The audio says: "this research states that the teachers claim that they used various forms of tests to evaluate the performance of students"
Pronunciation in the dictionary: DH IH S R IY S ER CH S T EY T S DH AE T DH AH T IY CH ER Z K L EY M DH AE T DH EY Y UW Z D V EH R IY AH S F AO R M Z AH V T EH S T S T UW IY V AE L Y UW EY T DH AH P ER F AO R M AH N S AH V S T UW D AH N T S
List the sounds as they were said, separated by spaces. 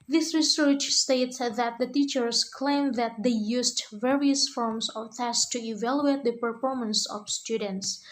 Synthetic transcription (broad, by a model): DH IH S R IY S ER CH S T EY T S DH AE T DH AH T IY CH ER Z K L EY M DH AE T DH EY Y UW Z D V EH R IY AH S F AO R M S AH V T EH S S T UW IY V AE L Y UW EY T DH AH P ER F AO R M AH N S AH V S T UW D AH N T S